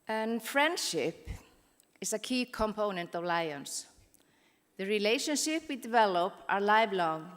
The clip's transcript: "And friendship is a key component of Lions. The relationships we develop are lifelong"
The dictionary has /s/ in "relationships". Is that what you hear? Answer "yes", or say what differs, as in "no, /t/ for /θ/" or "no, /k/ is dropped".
no, /s/ is dropped